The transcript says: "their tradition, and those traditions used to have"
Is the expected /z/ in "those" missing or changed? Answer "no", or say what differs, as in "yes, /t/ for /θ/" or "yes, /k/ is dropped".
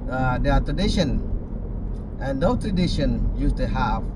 yes, /z/ is dropped